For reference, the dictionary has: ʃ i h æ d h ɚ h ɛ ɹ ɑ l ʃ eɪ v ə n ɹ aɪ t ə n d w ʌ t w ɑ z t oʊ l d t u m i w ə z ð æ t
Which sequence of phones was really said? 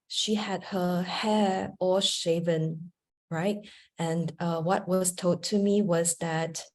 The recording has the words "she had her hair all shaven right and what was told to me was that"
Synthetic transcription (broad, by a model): ʃ i h æ d h ɚ h ɛ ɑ ʃ eɪ v ə n ɹ aɪ t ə n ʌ w ʌ t w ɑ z t oʊ d t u m i w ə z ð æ t